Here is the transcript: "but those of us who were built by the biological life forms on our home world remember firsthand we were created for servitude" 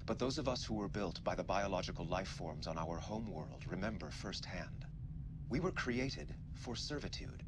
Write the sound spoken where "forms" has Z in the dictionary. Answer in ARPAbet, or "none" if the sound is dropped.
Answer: Z